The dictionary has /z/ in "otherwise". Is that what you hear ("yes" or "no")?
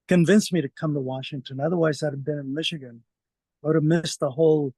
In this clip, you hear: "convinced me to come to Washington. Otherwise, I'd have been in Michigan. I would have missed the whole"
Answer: yes